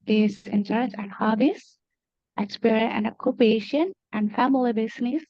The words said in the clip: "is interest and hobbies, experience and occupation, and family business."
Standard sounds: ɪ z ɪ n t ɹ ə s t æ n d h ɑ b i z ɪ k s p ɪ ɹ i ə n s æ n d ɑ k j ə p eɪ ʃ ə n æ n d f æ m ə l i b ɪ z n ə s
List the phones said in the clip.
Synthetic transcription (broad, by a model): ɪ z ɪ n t ə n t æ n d h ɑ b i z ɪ k s p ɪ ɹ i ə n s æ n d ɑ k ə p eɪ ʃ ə n æ n d f æ m ə l i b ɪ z n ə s